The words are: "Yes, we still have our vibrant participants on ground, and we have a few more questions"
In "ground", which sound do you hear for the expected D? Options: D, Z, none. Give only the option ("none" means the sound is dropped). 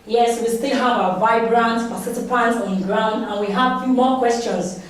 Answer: D